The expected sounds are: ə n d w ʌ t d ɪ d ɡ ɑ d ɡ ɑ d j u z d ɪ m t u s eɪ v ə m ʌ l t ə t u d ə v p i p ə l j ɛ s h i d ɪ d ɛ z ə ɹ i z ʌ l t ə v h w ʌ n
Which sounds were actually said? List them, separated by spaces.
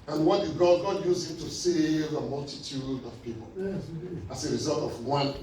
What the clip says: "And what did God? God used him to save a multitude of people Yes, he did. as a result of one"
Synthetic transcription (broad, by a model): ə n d w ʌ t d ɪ ɡ ɑ d ɡ ɑ d j u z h ɪ m t u s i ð ə m ʌ l t ə t u d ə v p i p ə l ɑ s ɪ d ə ɹ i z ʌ l t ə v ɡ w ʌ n